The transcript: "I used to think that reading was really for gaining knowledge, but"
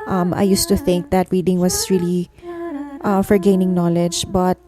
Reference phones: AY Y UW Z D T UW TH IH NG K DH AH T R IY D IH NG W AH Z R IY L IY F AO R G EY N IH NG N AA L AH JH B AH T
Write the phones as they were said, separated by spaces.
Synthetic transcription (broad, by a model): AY Y UW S T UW TH IH NG K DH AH T R IY D IH NG W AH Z R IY L IY F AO R G EY N IH NG N AA L AH JH B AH T